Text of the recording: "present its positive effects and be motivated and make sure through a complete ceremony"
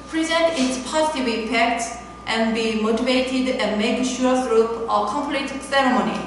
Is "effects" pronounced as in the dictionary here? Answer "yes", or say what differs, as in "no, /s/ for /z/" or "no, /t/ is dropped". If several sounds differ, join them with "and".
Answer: no, /p/ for /f/